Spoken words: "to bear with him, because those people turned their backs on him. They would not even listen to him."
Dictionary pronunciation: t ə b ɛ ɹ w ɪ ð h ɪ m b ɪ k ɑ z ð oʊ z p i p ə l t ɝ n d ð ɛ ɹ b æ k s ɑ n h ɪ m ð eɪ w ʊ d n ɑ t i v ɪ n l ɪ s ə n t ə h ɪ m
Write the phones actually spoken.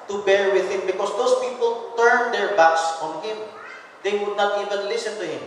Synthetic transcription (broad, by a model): t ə b ɛ ɹ w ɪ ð h ɪ m b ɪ k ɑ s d oʊ s p i p ə l t ɝ n d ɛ ɹ b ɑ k s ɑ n h ɪ m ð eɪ w ʊ d n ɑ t i v ɪ n l ɪ s ə n t ə h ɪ m